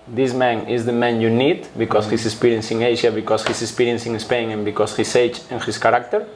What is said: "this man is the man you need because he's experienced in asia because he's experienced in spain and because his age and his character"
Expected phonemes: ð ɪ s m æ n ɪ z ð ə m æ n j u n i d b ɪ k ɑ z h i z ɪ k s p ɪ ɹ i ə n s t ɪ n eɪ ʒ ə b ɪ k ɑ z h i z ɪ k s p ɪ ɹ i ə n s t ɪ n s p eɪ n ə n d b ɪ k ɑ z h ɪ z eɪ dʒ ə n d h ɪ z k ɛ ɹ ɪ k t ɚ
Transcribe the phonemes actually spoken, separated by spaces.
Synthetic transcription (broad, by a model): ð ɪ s m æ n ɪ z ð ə m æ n j u n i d b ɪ k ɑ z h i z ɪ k s p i ɹ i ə n s ɪ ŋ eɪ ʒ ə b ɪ k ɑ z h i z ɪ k s p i ɹ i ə n s ɪ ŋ s p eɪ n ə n b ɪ k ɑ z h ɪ s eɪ tʃ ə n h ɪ s k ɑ ɹ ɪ k t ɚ